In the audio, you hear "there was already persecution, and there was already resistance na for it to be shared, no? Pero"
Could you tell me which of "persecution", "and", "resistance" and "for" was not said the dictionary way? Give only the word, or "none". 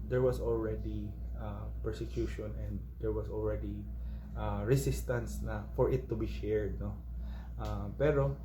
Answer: resistance